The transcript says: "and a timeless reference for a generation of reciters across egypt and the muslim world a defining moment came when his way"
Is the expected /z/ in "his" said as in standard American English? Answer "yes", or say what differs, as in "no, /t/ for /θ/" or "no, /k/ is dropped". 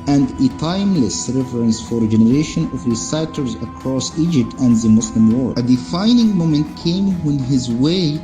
yes